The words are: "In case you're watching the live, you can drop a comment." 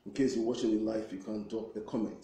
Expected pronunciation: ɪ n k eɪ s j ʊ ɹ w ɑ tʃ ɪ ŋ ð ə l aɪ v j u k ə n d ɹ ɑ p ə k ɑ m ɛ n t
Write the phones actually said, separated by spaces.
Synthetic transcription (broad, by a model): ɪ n k eɪ s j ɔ w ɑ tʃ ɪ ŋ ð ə l aɪ f j u k ə n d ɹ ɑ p ə k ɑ m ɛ n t